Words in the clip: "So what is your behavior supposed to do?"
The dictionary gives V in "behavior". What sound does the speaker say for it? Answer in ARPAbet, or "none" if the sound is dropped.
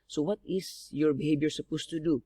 B